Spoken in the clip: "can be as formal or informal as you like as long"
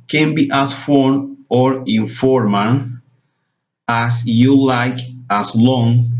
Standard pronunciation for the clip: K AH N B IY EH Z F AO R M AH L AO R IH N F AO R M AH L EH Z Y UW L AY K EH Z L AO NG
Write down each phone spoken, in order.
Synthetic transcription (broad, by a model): K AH N B IY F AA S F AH N AO R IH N F AO R M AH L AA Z Y UW L AY K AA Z L AO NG